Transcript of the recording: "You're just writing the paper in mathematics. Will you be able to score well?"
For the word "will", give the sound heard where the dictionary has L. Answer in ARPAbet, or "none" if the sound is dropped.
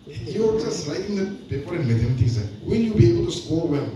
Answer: N